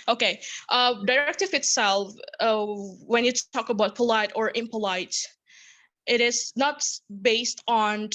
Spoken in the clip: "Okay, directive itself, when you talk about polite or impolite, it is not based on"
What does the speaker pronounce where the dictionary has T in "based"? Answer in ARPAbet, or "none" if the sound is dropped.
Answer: T